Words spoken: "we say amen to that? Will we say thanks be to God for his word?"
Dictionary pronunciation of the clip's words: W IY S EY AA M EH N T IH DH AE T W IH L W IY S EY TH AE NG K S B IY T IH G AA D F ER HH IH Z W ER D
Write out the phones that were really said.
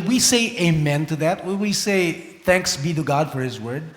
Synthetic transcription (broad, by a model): W IY S EY AA M EH N T IH DH AE T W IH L W IY S EY TH AE NG K S B IY T IH G AA D F ER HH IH Z W ER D